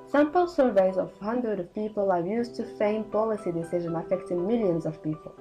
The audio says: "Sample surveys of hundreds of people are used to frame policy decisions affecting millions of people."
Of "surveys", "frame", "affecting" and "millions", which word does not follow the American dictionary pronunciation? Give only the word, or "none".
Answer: frame